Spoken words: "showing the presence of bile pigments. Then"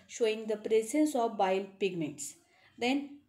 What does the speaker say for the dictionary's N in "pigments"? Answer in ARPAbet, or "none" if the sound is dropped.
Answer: none